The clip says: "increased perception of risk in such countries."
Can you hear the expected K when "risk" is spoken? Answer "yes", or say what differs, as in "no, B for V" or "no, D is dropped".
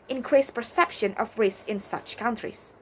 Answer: no, K is dropped